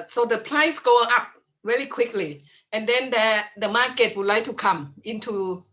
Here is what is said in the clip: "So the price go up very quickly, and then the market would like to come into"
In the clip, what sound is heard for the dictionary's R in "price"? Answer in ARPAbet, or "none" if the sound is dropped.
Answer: L